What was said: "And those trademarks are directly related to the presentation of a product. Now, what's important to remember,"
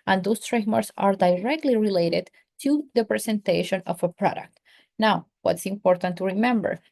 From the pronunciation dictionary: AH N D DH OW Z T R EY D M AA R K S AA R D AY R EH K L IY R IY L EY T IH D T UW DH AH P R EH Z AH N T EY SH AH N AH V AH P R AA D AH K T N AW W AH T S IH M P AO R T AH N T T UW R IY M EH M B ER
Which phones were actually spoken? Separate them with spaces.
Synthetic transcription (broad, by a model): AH N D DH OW S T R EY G M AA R S AA R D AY R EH K L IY R IY L EY T IH D T UW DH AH P R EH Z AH N T EY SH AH N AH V AH P R AA D AH K T N AW W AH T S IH M P AO R T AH N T T UW R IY M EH M B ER